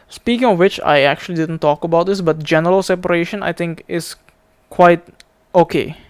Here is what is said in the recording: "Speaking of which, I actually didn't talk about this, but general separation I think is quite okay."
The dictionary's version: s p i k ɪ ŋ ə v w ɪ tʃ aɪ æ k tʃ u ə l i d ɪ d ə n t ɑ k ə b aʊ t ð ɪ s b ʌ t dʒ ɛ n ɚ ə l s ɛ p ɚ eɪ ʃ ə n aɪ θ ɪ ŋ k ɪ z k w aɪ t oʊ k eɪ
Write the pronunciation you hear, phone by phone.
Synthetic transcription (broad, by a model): s p i k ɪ ŋ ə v w ɪ tʃ aɪ æ k tʃ u ə l i d ɪ d ə n t ɑ k ə b aʊ t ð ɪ s b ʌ t dʒ ɛ n ɚ ə l s ɛ p ɚ eɪ ʃ ə n aɪ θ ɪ ŋ k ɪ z k w aɪ t oʊ k eɪ